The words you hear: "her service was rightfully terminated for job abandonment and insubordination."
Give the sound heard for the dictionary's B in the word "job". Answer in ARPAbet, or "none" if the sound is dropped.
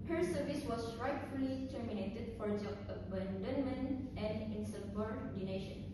none